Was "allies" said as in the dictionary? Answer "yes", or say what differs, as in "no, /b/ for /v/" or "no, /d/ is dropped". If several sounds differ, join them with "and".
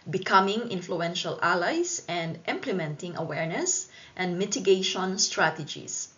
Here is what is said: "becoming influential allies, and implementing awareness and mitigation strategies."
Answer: no, /s/ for /z/